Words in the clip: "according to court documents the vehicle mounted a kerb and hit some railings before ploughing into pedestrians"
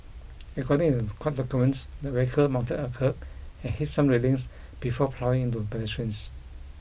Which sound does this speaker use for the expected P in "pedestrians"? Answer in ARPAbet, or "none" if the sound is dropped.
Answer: B